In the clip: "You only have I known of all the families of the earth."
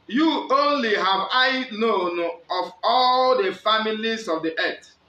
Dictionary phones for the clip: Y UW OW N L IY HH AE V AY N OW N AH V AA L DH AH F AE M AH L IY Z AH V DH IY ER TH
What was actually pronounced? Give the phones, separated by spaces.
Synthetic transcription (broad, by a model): Y UW OW N L IY HH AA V AY N OW N AH V AA L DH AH F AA M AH L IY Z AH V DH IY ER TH